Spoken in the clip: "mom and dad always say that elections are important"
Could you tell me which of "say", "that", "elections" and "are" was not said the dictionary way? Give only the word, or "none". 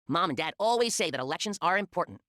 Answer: none